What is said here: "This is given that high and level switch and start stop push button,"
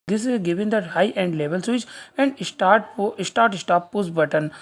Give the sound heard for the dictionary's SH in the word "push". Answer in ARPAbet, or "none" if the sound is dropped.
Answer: S